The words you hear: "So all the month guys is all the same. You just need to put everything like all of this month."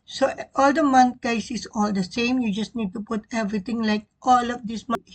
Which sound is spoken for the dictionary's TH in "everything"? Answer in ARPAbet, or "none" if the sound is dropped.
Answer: T